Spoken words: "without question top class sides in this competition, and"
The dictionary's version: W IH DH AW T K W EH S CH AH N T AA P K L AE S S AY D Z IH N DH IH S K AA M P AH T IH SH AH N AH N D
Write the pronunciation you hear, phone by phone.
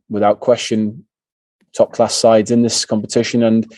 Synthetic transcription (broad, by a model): W IH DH AW T K W EH S CH AH N T AA P K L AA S S AY D Z IH N DH IH S K AA M P AH T IH SH AH N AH N